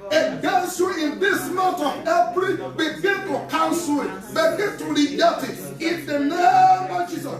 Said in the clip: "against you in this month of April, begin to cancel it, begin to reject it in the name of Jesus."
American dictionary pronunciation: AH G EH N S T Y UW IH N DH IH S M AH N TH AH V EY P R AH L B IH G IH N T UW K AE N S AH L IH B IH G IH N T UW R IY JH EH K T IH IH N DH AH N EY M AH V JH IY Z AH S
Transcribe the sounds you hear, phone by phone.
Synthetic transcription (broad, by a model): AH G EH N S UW IH N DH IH S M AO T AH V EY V R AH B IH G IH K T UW K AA N S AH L IH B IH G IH T UW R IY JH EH T IH IH N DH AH N EY M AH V JH IY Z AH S